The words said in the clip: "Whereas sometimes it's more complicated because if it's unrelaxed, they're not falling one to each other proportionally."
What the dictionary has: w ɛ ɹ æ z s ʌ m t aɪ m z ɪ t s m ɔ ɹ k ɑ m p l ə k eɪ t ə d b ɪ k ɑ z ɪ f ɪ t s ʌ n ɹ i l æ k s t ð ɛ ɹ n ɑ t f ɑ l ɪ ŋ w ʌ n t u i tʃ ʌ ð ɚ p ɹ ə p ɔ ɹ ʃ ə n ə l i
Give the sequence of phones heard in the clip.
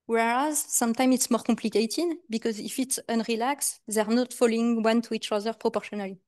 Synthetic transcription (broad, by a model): w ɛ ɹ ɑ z s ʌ m t aɪ m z ɪ t s m ɔ ɹ k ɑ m p l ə k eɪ t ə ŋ b ɪ k ɑ z ɪ f ɪ t s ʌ n ɹ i l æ k s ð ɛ ɹ n ɑ t f ɑ l ɪ ŋ w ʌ n t u i tʃ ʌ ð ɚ p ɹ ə p ɔ ɹ ʃ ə n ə l i